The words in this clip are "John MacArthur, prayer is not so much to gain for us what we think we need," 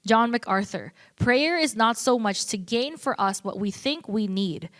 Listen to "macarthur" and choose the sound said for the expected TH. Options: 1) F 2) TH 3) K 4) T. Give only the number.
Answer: 2